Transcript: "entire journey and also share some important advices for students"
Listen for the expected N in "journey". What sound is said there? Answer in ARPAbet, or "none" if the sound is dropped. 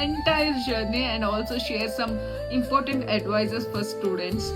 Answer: N